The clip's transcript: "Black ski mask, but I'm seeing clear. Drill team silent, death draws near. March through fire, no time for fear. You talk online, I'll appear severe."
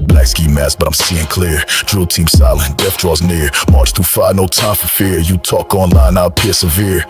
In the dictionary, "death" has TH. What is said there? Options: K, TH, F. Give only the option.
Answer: F